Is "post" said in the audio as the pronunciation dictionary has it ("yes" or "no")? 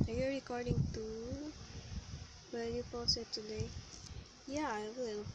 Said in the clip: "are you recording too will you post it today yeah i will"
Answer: no